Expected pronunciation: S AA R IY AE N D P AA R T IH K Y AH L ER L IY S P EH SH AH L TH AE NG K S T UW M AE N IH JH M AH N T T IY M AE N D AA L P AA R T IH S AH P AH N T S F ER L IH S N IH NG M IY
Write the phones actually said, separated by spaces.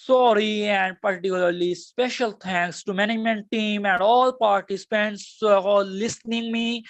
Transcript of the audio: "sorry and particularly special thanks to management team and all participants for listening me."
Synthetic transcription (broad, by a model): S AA R IY AE N D P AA R T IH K Y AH L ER L IY S P EH SH AH L T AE NG K S T UW M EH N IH M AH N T T IY M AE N D AA L P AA R T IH S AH P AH N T S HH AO L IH S N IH NG M IY